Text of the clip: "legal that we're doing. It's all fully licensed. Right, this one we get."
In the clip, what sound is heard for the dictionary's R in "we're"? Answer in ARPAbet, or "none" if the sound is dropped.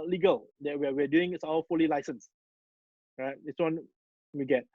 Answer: W